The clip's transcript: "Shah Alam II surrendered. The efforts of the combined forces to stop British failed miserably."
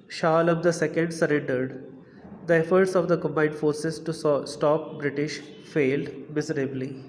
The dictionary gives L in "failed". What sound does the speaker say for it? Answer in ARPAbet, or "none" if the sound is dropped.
L